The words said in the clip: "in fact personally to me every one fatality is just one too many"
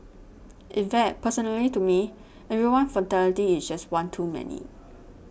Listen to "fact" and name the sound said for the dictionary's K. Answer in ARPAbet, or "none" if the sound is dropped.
none